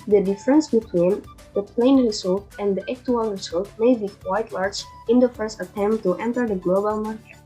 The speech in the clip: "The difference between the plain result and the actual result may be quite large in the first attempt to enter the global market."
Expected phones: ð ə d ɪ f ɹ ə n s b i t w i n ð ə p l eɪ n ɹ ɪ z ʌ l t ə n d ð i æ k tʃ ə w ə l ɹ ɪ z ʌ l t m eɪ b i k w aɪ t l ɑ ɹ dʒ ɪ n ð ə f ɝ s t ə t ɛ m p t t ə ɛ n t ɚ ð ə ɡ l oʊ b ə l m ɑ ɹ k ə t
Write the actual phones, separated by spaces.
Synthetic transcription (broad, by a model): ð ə d ɪ f ɹ ə n s b i t w i n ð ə p l eɪ n ɹ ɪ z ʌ l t ə n d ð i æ k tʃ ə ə l ɹ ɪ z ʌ l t m eɪ b i k w aɪ t l ɑ ɹ dʒ ɪ n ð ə f ɝ s t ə t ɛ m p t t ɛ n t ɚ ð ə ɡ l oʊ b ə l m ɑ ɹ k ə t